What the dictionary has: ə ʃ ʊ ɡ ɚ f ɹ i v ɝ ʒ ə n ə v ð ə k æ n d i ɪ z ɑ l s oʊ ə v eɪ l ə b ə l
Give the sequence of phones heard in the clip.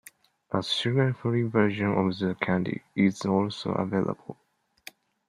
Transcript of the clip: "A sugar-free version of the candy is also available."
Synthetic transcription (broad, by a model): ə s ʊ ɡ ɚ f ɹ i v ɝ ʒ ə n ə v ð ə k æ n d i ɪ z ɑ l s oʊ ə v eɪ l ə b ə l